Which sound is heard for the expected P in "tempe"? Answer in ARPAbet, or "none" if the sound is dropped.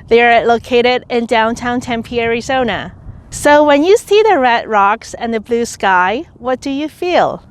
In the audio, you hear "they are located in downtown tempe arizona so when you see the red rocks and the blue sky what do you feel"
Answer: P